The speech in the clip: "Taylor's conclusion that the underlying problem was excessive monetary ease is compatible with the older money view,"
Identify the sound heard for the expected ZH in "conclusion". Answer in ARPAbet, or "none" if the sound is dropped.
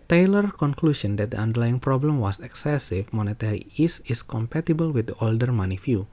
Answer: S